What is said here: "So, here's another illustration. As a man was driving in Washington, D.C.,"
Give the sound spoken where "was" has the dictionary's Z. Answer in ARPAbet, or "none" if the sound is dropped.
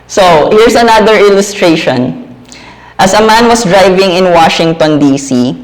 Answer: S